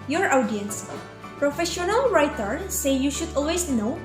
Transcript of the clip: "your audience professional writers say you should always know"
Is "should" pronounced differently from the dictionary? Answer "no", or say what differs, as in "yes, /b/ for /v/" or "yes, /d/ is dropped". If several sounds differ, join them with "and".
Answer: no